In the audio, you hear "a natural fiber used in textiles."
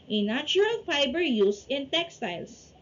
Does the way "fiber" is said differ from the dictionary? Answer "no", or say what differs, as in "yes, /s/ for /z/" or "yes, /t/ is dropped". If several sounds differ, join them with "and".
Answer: yes, /p/ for /f/